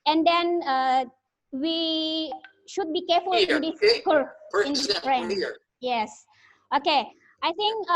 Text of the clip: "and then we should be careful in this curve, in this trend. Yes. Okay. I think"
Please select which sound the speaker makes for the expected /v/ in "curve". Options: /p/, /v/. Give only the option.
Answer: /p/